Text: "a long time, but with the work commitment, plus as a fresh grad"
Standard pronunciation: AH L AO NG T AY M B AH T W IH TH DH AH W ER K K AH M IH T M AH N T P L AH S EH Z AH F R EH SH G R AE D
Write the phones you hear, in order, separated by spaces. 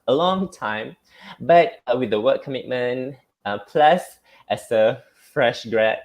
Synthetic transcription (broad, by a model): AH L AO NG T AY M B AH T W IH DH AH W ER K K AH M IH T M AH N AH P L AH S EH S AH F R EH SH G R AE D